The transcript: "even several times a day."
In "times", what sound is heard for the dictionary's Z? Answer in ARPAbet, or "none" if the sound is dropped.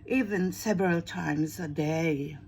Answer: Z